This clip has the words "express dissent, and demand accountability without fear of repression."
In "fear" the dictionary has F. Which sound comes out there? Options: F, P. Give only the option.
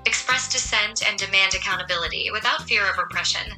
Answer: F